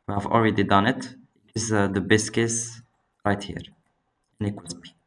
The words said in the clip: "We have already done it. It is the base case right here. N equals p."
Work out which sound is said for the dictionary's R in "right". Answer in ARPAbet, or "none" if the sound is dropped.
R